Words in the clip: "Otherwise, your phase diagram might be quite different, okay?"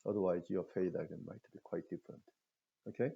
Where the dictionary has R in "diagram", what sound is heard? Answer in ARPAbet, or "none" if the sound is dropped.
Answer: none